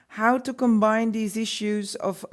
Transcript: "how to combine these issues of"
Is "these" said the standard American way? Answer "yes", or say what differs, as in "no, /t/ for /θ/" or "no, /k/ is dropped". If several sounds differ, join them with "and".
yes